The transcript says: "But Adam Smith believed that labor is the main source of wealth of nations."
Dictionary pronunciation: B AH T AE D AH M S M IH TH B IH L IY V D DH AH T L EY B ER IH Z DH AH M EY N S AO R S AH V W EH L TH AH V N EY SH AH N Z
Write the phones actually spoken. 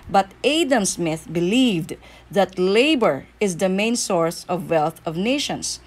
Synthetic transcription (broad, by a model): B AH T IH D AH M S M IH TH B IH L IY V D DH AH T L EY B ER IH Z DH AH M EY N S AO R S AH V W EH L TH AH V N EY SH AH N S